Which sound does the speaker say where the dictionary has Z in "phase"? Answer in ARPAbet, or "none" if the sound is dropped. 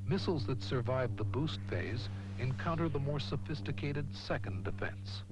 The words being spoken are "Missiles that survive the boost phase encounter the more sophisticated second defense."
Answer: Z